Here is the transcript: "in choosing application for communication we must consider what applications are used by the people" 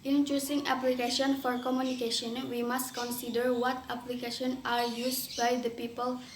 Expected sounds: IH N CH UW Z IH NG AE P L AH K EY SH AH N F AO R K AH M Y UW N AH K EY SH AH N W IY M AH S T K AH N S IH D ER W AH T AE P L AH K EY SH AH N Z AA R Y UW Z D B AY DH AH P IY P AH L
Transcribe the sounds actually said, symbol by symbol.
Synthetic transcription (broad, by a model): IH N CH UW S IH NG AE P L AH K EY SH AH N F AO R K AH M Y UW N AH K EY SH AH N W IY M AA S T K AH N S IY D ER W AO T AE P L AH K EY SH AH N AA R Y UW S B AY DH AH P IY P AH L